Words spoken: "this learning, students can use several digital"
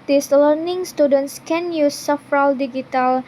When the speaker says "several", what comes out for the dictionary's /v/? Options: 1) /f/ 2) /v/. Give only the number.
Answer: 1